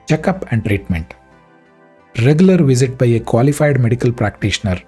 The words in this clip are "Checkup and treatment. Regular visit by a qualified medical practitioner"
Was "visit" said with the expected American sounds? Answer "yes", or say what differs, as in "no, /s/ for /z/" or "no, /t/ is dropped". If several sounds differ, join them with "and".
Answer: yes